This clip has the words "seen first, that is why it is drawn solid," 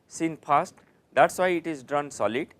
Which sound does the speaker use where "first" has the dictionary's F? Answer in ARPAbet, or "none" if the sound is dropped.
P